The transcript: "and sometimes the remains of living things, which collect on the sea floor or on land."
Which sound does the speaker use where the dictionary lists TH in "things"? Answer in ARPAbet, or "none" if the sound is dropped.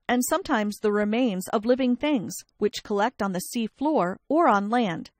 TH